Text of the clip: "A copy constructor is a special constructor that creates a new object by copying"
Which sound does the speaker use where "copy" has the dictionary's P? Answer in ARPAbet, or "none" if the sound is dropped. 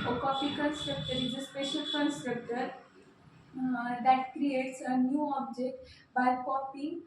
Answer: F